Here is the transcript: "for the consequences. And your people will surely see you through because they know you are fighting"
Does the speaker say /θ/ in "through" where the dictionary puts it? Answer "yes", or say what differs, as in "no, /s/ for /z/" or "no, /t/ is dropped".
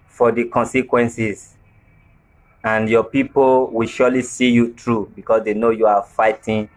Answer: no, /t/ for /θ/